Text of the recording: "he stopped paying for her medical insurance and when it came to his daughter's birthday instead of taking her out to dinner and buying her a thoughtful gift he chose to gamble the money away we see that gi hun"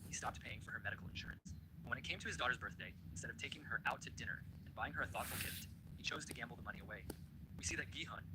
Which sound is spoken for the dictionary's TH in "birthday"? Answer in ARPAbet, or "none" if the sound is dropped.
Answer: TH